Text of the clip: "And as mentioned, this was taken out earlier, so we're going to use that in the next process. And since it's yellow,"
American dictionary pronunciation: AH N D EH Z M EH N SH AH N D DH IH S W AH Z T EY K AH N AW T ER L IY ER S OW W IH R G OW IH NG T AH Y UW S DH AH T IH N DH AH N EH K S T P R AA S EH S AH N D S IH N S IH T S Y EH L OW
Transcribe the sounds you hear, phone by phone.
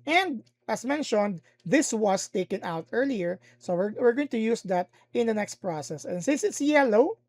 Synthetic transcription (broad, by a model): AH N D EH S M EH N SH AH N D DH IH S W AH S T EY K AH N AW T ER L IY ER S OW W IH R G OW IH NG T AH Y UW S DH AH T IH N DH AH N EH K S T P R AA S EH S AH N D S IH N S IH T S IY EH L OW